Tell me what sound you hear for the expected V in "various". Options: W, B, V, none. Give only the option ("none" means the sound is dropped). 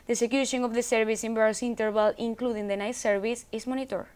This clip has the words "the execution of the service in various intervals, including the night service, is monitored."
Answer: B